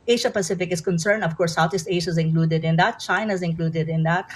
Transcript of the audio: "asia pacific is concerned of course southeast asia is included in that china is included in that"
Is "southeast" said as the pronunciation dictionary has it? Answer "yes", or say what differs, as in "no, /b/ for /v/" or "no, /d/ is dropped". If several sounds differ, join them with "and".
no, /t/ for /θ/